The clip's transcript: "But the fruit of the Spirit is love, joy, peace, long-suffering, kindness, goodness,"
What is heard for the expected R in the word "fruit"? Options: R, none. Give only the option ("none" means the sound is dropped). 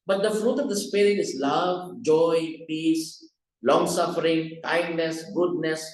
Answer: R